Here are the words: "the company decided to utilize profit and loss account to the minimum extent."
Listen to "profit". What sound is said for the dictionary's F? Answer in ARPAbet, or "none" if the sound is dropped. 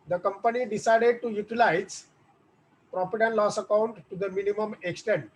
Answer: P